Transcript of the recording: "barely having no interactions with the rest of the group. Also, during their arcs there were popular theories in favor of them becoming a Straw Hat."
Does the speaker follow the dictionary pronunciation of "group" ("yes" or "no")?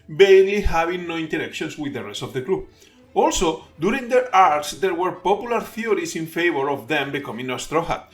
no